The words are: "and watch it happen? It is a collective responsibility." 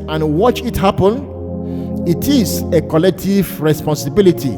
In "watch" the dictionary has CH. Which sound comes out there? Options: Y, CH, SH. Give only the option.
CH